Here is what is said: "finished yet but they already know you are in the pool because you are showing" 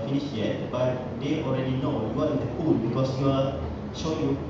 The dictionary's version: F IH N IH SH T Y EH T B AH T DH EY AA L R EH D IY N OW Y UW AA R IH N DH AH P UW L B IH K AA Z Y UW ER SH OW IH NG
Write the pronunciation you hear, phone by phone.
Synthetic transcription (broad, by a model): F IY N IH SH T Y EH T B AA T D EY AA L R EH D IY N OW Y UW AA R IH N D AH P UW N B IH K AA S Y UW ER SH OW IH